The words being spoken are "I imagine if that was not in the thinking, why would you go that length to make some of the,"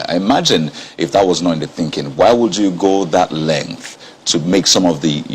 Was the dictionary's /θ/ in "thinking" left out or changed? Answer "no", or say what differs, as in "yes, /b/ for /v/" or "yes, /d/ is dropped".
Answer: no